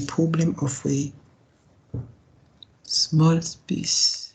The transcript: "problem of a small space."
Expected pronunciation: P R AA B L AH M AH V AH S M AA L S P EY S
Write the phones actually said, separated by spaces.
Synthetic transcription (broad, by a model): P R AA B L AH M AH W AH S M AA L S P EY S